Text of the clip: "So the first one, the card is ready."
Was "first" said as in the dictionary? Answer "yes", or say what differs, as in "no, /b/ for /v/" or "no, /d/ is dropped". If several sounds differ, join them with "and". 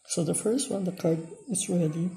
yes